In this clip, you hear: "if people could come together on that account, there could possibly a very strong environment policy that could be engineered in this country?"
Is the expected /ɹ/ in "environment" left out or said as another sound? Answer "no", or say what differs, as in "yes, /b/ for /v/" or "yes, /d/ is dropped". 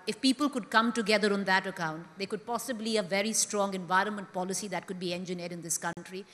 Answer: no